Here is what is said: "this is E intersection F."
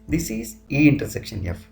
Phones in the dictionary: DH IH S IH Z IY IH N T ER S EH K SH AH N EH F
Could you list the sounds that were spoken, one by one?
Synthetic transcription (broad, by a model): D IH S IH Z IY IH N T ER S EH K SH AH N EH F